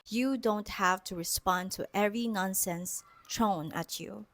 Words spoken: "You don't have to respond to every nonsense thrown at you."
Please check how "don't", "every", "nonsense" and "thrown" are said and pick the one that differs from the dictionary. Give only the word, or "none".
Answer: thrown